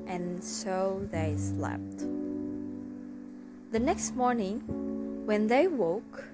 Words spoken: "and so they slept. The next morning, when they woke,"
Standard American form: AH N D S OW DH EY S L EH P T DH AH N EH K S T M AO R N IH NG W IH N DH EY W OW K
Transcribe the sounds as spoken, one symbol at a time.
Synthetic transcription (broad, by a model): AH N S OW DH EY S L EH P T DH AH N EH K S T M AO R N IH NG W IH N DH EY W OW K